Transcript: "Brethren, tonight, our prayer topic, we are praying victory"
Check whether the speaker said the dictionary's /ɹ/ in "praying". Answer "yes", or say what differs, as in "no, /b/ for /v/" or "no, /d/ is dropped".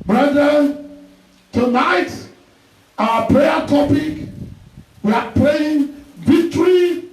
no, /l/ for /ɹ/